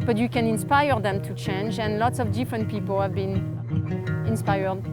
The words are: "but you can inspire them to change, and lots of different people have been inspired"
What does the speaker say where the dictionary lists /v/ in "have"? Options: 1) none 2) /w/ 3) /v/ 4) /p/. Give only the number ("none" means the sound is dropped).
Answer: 3